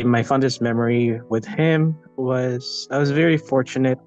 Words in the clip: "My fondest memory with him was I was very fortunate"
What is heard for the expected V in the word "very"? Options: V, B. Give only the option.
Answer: V